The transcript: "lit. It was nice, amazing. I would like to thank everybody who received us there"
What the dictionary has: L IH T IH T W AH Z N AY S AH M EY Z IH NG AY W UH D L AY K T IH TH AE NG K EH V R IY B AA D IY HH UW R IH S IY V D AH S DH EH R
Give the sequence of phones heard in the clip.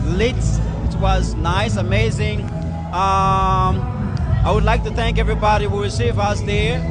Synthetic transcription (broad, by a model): L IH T IH T W AH Z N AY S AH M EY Z IH NG AY W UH D L AY K T IH TH AE NG K EH V R IY B AA D IY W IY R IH S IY V AH S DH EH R